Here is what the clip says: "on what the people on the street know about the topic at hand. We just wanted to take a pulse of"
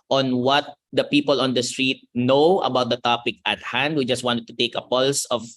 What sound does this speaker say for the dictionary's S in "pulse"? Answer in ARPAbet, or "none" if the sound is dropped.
S